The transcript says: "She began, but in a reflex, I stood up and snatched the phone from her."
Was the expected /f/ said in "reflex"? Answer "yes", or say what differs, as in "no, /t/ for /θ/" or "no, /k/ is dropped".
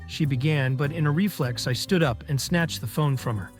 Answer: yes